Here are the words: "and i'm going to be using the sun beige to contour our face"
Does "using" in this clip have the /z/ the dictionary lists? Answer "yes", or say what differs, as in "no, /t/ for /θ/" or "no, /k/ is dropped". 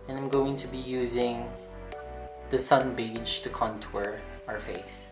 yes